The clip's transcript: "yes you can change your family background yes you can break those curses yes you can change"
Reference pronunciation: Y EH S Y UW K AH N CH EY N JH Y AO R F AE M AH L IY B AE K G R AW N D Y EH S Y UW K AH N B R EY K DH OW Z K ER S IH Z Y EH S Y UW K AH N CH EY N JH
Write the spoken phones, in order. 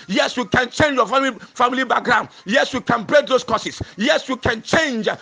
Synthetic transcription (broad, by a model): Y EH S Y UW K AH N CH EY N JH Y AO L F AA M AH L IY B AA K G R AW N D Y EH S Y UW K AH N B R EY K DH OW S K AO S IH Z Y EH S Y UW K AH N CH EY N JH